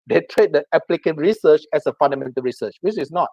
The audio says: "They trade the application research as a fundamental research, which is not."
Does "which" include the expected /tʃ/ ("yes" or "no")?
no